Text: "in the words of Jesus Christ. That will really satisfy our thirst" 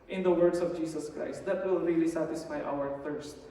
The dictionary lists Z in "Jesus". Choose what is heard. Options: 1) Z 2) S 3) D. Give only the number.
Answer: 2